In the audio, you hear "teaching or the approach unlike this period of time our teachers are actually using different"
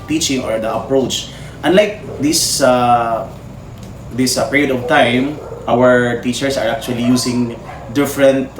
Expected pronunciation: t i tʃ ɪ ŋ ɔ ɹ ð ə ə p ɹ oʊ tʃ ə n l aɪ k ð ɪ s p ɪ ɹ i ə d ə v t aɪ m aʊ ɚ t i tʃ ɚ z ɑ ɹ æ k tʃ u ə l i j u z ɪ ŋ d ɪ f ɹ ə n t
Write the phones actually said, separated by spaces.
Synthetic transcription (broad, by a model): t i tʃ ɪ ŋ ɔ ɹ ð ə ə p ɹ oʊ tʃ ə n l aɪ k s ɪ s p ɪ ɹ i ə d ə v t aɪ m aʊ ɚ t i tʃ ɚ s ɑ ɹ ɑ k tʃ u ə l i j u s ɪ ŋ d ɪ f ɹ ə n t